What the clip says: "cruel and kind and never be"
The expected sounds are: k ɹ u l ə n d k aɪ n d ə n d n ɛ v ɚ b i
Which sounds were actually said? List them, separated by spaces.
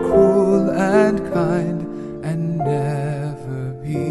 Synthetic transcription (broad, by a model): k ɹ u l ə n k aɪ n d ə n n ɛ v ɚ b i